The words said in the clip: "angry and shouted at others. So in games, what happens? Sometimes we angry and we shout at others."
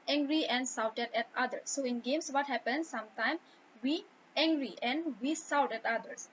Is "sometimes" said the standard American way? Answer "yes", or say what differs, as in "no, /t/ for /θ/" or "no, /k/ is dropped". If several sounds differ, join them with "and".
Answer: no, /z/ is dropped